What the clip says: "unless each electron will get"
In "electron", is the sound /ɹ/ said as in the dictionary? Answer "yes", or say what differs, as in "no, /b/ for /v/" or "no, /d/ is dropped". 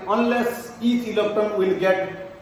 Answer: no, /ɹ/ is dropped